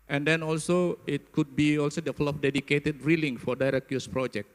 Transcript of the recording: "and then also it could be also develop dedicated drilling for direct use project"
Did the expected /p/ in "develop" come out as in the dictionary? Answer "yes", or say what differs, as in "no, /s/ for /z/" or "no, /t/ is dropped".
no, /f/ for /p/